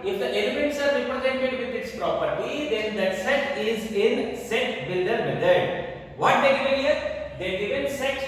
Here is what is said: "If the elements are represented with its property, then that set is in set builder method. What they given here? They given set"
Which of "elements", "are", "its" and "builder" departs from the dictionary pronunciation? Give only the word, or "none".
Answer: none